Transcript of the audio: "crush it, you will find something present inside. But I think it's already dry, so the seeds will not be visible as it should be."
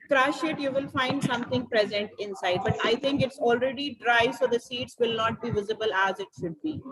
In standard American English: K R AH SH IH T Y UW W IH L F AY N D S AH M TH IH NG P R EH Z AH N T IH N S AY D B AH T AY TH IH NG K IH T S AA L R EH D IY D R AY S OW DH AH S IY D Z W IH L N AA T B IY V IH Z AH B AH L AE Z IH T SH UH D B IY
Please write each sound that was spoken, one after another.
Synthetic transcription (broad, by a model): K R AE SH IH T Y UW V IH L F AY N D S AH M T IH NG P R EH Z AH N T IH N S AY D B AH T AY T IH NG K IH T S AA L R EH D IY D R AY S OW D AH S IY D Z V IH L N AA T B IY V IH Z AH B AH L AE Z IH T SH UH D B IY